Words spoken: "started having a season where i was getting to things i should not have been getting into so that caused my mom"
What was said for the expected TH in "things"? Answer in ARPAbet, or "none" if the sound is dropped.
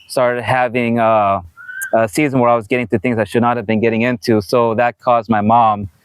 TH